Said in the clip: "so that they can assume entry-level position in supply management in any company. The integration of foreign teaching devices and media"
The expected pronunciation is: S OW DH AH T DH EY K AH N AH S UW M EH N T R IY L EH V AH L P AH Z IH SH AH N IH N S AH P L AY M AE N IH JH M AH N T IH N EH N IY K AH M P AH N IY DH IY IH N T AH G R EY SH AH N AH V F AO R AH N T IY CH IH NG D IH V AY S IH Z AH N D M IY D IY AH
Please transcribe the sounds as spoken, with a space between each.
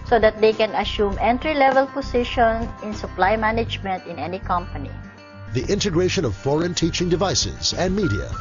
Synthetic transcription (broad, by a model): S OW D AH T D EY K AH N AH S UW M EH N T R IY L EH V AH L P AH S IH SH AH N IH N S AH P L AY M AE N IH JH M AH N T IH N EH N IY K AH M P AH N IY DH IY IH N T AH G R EY SH AH N AH V F AO R AH N T IY CH IH NG D IH V AY S IH Z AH N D M IY D IY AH